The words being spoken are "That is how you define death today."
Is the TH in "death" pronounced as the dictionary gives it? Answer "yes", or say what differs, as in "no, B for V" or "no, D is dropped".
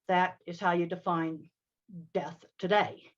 yes